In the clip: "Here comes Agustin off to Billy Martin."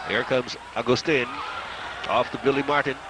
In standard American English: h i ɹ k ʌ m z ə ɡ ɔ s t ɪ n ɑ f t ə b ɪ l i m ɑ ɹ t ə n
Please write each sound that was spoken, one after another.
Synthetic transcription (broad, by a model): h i ɹ k ʌ m z ə ɡ ɔ s t ɪ n ɑ f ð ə b ɪ l i m ɑ ɹ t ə n